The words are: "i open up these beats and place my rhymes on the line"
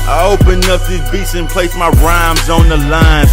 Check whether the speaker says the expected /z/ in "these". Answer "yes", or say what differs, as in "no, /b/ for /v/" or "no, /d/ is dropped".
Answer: no, /z/ is dropped